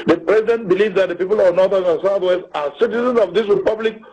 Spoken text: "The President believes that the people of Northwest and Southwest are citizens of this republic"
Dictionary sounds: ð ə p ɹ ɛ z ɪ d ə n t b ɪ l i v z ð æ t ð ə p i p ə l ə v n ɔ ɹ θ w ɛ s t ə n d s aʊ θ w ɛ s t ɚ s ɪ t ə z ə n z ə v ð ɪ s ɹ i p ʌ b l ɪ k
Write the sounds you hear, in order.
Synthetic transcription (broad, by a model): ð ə p ɹ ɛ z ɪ d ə n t b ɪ l i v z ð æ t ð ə p i p ə l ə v n ɔ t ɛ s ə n s aʊ t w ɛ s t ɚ s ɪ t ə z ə n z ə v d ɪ s ɹ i p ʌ b l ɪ k